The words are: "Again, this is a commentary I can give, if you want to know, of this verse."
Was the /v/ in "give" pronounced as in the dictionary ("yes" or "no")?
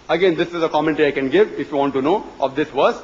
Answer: yes